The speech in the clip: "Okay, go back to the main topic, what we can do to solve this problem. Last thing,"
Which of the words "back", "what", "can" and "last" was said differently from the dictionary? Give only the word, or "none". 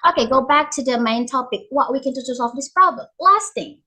none